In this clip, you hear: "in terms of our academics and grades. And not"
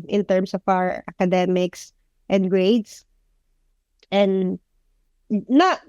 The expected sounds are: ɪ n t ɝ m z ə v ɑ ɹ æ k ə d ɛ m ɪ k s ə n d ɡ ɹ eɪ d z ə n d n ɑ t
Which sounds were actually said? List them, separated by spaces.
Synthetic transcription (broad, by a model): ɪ n t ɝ m s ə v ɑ w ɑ k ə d ɛ m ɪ k s ə n d ɡ ɹ eɪ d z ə n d n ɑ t